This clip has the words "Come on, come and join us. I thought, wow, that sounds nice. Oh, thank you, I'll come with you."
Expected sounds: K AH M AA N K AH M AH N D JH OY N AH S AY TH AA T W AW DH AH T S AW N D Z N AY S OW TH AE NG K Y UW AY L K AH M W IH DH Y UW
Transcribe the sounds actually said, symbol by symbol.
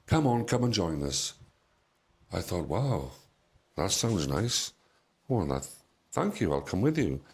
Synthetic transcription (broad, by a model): K AH M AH N K AH M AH N JH OY N AH S AY TH AA T W AW DH AH T S AW N D Z N AY S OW TH AE NG K Y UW AY L K AH M W IH DH Y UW